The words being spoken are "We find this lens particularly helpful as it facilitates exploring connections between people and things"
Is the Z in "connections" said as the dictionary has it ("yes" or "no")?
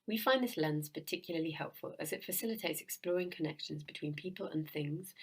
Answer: yes